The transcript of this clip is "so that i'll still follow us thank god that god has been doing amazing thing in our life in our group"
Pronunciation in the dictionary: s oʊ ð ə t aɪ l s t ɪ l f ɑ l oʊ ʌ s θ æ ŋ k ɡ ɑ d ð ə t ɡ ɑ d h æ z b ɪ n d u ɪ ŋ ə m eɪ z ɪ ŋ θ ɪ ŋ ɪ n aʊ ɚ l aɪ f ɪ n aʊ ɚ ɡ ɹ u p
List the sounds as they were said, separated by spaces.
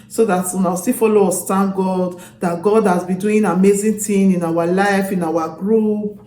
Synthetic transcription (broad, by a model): s oʊ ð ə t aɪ w s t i f ɑ l oʊ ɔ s t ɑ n ɡ ɑ d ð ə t ɡ ɑ d h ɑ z b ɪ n d u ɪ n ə m eɪ z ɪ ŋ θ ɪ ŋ ɪ n aʊ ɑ l aɪ f ɪ n aʊ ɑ ɡ ɹ u p